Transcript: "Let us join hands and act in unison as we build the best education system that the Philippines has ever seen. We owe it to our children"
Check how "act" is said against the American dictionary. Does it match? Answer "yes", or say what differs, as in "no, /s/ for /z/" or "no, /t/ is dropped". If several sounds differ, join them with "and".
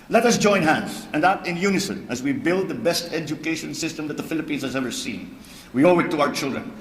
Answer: no, /k/ is dropped